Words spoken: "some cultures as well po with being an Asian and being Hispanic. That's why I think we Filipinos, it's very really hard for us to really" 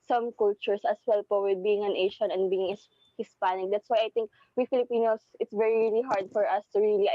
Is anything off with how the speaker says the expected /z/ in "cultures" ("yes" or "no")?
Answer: yes